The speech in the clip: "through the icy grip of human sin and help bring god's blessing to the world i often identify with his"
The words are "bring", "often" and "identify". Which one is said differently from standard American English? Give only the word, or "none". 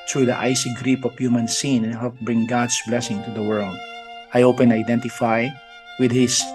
often